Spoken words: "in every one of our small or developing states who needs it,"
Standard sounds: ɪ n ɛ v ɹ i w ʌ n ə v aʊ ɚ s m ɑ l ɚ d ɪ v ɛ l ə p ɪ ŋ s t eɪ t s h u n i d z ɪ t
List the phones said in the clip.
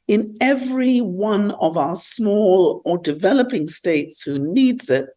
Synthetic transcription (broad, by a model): ɪ n ɛ v ɹ i w ʌ n ə v aʊ ɚ s m ɑ l ɚ d ɪ v ɛ l ə p ɪ ŋ s t eɪ t s h u n i d z ɪ t